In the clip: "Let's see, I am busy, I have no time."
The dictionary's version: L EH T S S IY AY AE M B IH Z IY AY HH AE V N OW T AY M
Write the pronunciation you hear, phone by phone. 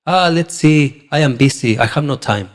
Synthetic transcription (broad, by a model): L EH T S S IY AY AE M B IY S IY AY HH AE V N OW T AY M